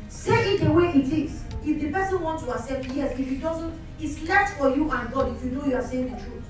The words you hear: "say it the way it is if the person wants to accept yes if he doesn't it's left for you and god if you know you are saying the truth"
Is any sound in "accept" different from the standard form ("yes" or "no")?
yes